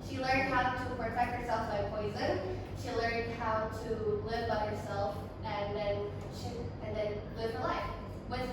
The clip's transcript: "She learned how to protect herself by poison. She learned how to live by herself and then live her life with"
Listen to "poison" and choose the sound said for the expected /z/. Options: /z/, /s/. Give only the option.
/z/